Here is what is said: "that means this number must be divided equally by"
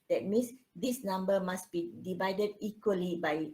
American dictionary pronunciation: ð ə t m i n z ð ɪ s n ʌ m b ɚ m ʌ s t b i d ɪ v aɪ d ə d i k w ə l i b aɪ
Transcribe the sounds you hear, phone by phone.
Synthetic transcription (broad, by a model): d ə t m i n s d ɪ s n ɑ m b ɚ m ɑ s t b i d ɪ v aɪ d ə d i k w ə l i b aɪ